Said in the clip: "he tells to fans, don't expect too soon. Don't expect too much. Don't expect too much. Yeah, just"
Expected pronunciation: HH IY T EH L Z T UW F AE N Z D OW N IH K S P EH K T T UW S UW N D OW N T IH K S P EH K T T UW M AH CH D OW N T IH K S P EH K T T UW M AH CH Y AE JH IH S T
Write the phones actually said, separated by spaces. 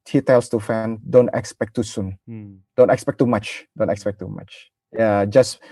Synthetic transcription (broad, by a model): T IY T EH L S T UW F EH N D OW N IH K S P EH K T T UW S UW N D OW N T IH K S P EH K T T UW M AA CH D OW N T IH K S P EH K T T UW M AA CH Y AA JH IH S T